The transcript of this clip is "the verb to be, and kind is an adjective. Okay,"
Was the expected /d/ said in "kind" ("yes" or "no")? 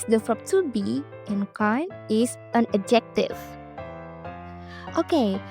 no